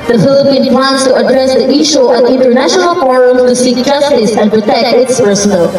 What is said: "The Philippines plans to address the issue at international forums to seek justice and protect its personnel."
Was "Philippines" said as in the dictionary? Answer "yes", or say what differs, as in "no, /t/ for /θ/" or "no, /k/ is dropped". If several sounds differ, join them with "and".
no, /z/ is dropped